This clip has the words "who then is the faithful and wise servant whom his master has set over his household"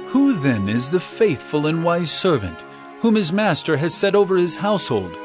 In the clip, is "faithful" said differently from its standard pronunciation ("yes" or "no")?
no